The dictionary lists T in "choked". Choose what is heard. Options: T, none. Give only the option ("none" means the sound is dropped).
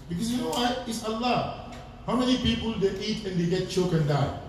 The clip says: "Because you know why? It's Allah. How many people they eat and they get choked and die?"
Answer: none